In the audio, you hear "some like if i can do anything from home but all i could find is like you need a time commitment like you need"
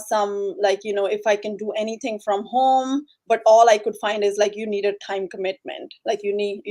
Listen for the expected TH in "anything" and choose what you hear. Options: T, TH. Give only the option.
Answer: T